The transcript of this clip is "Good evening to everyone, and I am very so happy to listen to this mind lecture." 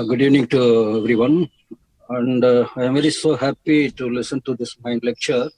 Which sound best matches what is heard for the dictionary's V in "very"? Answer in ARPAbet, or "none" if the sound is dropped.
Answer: V